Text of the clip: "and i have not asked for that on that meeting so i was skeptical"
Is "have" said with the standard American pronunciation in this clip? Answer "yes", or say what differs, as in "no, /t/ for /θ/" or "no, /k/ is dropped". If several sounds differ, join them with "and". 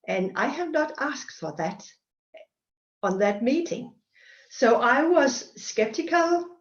yes